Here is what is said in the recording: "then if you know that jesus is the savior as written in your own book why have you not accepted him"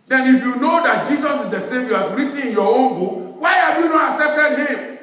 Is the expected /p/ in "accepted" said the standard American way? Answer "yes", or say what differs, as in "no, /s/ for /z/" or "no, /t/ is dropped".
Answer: yes